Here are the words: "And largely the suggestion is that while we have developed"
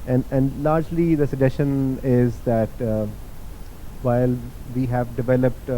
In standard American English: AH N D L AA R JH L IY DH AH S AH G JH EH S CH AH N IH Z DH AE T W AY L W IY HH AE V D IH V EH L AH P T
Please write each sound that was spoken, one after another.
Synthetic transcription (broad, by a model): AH N D L AA R JH L IY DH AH S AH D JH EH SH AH N IH Z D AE T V AY L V IY HH AE V D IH V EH L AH P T